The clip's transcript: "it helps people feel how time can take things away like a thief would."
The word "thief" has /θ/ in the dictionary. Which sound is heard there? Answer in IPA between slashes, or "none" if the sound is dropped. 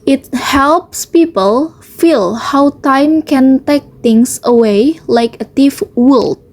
/t/